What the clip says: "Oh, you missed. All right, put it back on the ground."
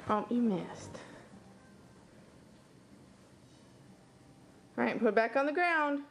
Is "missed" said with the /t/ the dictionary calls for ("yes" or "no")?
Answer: yes